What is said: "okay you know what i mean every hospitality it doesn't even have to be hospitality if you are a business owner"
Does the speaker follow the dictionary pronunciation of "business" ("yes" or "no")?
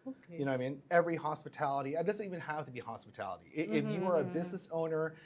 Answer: yes